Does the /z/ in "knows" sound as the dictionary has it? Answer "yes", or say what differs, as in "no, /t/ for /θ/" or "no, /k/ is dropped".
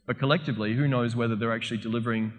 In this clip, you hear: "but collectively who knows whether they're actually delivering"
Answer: yes